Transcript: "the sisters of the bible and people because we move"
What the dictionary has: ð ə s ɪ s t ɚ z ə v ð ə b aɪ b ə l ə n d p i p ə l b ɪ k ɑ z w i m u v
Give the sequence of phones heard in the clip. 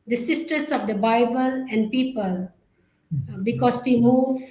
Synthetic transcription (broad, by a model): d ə s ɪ s t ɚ s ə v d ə b aɪ b ə l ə n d p i p ə l b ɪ k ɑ s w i m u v